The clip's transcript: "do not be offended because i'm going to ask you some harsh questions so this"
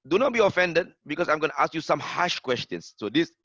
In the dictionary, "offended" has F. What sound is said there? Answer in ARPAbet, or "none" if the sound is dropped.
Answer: F